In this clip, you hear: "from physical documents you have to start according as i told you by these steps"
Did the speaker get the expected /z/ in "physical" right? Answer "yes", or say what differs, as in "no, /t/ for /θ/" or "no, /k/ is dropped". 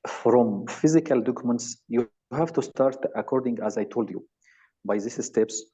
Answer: yes